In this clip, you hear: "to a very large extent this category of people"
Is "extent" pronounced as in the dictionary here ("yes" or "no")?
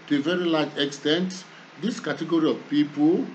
yes